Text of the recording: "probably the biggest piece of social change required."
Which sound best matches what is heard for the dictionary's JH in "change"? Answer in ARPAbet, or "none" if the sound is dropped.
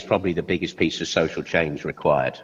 Z